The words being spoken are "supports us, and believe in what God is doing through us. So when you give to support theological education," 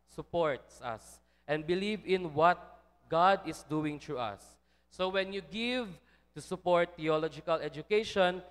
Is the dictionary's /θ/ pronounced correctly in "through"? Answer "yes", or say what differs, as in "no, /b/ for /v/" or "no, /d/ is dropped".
no, /t/ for /θ/